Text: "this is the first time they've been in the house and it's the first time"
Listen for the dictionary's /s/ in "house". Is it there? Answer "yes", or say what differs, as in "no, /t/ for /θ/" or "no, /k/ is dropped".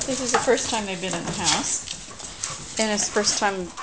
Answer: yes